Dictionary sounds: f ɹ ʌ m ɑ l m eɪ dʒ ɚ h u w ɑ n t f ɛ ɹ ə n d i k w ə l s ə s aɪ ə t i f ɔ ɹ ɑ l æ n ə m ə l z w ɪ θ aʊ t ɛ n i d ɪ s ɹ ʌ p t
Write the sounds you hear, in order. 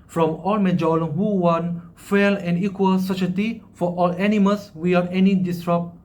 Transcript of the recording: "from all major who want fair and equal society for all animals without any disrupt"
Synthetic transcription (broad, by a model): f ɹ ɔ m ɑ l m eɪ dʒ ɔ h u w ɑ n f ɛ l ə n i k w ə l s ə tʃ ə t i f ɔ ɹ ɑ l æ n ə m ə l s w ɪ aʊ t ɛ n i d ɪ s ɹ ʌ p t